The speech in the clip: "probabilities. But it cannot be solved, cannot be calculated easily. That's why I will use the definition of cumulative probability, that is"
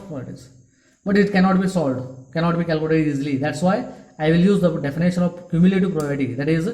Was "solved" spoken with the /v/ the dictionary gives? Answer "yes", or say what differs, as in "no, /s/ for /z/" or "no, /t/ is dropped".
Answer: no, /v/ is dropped